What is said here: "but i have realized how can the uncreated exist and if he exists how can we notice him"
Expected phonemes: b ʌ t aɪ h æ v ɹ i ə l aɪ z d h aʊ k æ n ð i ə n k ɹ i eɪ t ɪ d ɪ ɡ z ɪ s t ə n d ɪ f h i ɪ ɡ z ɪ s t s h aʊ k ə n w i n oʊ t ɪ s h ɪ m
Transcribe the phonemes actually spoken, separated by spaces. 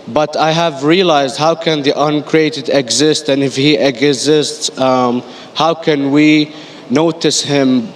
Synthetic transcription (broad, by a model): b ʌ t aɪ h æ v ɹ i ə l aɪ z d h aʊ k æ n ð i ə n k ɹ i eɪ t ɪ d ɪ ɡ z ɪ s t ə n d ɪ f h i ɪ ɡ z ɪ s t s h aʊ k ə n w i n oʊ t ɪ s h ɪ m